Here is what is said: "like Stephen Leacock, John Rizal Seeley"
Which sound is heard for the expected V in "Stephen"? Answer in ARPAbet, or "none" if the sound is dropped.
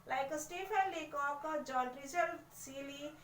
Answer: P